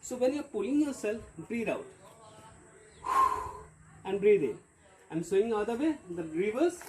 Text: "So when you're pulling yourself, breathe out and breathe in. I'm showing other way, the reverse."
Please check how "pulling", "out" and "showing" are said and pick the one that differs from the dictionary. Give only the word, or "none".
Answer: showing